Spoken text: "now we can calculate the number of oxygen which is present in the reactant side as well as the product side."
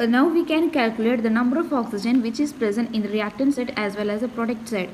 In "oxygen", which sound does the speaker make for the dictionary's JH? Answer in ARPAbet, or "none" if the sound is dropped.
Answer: JH